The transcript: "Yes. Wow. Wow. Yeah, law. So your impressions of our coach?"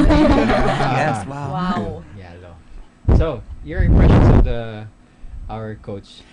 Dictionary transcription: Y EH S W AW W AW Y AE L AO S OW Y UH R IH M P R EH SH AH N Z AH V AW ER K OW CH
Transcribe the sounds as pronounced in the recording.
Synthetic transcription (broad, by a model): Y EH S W W AW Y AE L AO S OW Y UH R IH P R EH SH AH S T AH AW ER K OW CH